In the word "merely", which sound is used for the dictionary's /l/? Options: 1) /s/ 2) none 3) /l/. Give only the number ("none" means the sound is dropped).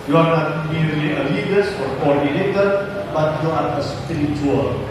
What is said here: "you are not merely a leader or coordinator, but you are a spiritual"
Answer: 2